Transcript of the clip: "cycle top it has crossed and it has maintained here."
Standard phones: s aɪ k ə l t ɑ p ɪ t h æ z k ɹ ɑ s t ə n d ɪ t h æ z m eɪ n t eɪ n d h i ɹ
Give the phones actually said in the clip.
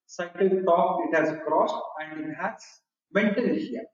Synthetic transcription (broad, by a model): s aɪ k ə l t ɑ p ɪ t h æ z k ɹ ɑ s t ə n d ɪ t h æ s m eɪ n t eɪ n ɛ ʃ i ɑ